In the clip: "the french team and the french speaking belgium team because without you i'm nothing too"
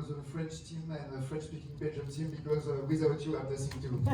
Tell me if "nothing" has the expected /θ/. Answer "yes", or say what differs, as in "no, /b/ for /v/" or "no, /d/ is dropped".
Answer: no, /s/ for /θ/